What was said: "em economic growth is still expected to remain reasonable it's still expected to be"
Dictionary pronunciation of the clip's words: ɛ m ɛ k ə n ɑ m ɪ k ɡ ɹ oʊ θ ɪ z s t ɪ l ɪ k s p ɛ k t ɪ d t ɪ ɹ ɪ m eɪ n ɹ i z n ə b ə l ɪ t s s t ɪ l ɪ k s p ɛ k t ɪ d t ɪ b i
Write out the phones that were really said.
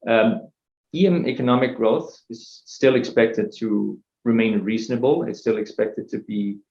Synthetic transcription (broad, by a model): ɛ m ɛ k ə n ɑ m ɪ k ɡ ɹ oʊ θ ɪ z s t ɪ l ɪ k s p ɛ k t ɪ d t ɪ ɹ ɪ m eɪ n ɹ i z n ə b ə l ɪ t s s t ɪ l ɪ k s p ɛ k t ɪ d t ɪ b i